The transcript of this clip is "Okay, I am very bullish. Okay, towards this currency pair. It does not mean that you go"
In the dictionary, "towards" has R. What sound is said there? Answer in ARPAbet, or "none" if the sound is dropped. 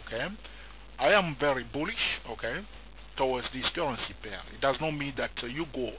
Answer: W